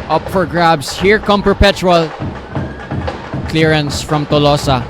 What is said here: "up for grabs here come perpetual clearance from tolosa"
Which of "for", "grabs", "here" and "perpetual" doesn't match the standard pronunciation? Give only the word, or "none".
grabs